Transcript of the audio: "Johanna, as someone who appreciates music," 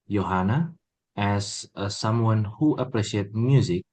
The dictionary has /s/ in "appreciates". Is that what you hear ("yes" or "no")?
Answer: no